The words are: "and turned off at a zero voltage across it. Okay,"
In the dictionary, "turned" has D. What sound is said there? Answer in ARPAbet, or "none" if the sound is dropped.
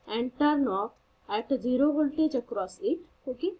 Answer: none